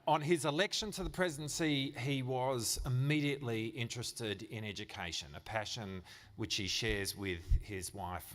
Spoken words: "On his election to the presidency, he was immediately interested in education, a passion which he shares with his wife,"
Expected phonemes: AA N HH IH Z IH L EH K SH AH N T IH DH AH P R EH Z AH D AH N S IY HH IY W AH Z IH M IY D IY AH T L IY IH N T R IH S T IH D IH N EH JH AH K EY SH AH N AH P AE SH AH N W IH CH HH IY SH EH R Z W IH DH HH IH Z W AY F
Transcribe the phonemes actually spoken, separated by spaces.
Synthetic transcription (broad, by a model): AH N IH Z IH L EH K SH AH N T IH DH AH P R EH Z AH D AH N S IY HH IY W AH Z IH M IY D IY AH T L IY IH N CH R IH S T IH D IH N EH JH AH K EY SH AH N AH P AE SH AH N W IH CH HH IY SH EH R Z W IH DH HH IH Z W AY F